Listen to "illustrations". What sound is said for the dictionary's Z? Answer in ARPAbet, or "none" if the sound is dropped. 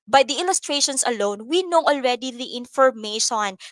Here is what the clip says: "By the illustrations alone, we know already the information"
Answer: S